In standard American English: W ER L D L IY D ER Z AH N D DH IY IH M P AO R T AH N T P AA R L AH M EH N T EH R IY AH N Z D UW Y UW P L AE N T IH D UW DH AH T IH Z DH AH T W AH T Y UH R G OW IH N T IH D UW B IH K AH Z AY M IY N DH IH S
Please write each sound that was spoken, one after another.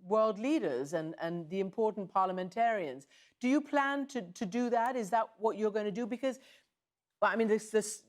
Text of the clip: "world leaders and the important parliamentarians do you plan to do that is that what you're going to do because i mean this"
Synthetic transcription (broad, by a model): W ER L D L IY D ER Z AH N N DH IY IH M P AO R T N P AA R L AH M EH N T EH R IY AH N Z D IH Y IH P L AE N T IH D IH DH AH T IH Z DH AH T W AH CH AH R G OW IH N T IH D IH B IH K AH Z AY M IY N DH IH S